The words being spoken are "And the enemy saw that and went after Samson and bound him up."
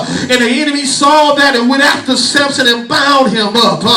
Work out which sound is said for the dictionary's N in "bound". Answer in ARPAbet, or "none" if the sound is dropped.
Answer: none